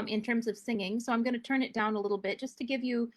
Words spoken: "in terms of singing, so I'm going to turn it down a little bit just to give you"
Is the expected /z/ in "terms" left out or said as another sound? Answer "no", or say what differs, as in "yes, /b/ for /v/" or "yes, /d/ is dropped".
no